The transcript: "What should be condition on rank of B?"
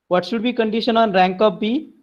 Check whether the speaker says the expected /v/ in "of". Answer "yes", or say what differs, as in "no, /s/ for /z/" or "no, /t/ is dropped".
no, /p/ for /v/